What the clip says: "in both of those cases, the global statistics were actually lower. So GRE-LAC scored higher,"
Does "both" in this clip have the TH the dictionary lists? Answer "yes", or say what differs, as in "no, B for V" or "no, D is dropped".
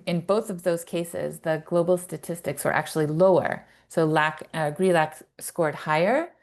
yes